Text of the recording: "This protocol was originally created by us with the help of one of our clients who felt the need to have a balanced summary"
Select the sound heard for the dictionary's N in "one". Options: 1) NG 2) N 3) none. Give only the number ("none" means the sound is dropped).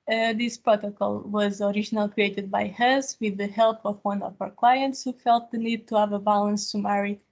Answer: 2